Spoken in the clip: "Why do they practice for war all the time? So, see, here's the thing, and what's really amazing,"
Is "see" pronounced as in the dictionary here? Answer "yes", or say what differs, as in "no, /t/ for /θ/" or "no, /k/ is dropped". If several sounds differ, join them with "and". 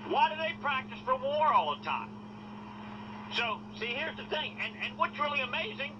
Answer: yes